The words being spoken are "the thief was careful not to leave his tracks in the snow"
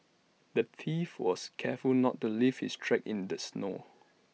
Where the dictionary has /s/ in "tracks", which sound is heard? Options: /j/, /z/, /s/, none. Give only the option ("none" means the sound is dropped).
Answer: none